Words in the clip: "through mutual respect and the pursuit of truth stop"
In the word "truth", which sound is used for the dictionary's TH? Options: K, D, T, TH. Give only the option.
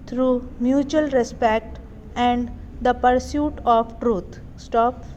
T